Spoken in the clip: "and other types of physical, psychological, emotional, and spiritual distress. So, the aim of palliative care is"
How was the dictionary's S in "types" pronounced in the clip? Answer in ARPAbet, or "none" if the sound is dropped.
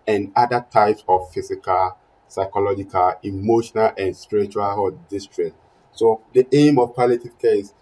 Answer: S